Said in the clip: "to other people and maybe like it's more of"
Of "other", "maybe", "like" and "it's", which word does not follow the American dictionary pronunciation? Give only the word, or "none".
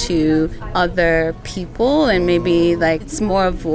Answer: like